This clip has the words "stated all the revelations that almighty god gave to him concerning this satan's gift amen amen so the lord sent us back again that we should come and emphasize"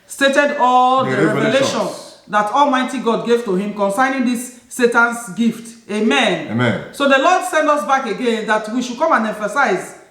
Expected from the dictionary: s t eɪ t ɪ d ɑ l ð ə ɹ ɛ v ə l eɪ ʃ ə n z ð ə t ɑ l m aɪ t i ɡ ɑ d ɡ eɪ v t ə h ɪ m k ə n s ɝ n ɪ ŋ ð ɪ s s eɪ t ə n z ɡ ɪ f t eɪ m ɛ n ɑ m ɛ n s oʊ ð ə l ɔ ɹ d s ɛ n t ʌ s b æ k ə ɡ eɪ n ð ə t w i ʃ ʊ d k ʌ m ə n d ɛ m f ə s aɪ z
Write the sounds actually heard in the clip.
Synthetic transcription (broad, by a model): s t eɪ t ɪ d ɑ l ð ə ɹ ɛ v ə l eɪ ʃ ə n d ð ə t ɑ l m aɪ t i ɡ ɑ d ɡ eɪ v t ə h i m k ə n s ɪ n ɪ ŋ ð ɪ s s eɪ t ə n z ɡ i f t eɪ m ɛ n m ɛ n s oʊ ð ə l ɔ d s ɛ n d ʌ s b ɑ k ə ɡ eɪ n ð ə t w i ʃ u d k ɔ m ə n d ɛ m f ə s aɪ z